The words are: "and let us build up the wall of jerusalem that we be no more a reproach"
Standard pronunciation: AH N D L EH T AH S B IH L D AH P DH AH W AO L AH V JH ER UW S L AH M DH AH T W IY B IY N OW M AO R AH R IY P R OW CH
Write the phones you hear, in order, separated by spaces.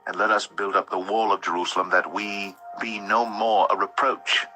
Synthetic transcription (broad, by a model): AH N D L EH T AH S B IH L D AH P DH AH W AO L AH V JH ER UW S L AH M DH AH T W IY B IY N OW M AO R AH R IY P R OW CH